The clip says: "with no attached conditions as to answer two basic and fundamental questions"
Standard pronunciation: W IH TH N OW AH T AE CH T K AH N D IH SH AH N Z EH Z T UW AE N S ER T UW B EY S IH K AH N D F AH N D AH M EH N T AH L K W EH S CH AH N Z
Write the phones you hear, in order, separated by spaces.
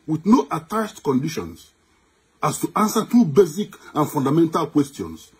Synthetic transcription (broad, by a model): W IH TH N OW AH T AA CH T K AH N D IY SH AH N S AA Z T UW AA N S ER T UW B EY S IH K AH N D F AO N D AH M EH N T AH L K W EH S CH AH N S